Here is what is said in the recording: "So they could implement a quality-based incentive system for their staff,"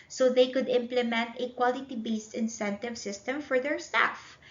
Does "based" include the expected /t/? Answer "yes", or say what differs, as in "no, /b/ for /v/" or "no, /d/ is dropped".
yes